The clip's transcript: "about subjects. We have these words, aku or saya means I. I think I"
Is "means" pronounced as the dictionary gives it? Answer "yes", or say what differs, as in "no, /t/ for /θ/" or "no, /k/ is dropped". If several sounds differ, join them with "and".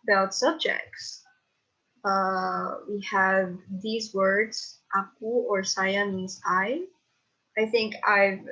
no, /n/ is dropped